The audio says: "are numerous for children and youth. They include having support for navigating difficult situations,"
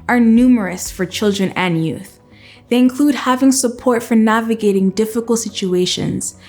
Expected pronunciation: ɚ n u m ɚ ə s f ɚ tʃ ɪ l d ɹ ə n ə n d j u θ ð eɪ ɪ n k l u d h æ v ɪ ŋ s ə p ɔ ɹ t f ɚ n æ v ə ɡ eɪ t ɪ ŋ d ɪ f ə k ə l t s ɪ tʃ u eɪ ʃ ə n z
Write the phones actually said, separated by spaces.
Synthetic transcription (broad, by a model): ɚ n u m ɚ ə s f ɚ tʃ ɪ l d ɹ ə n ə n j u θ ð eɪ ɪ n k l u d h æ v ɪ ŋ s ə p ɔ ɹ t f ɚ n æ v ə ɡ eɪ t ɪ ŋ d ɪ f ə k l t s ɪ tʃ u eɪ ʃ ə n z